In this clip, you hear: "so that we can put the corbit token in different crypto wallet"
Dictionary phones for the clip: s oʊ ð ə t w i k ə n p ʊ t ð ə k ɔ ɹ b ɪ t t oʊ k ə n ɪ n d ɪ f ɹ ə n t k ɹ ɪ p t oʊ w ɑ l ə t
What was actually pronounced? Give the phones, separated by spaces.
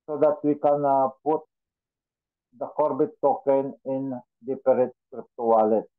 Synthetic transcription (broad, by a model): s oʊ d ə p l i k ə n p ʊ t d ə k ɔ ɹ b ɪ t t oʊ k ə n ɪ n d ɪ p ɹ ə t k ɹ ɪ p t oʊ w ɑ l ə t